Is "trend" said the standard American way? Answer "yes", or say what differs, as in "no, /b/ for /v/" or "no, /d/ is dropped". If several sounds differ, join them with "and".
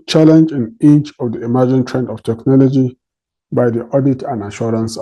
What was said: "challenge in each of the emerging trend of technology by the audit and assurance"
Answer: yes